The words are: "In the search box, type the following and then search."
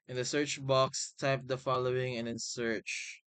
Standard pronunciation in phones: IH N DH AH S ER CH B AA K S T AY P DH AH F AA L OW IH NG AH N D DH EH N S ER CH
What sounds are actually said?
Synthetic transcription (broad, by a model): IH N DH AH S ER CH B AA K S T AY P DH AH F AA L OW IH NG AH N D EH N S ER CH